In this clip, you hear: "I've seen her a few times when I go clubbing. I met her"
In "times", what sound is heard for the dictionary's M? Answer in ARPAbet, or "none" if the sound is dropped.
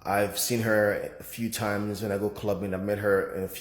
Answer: M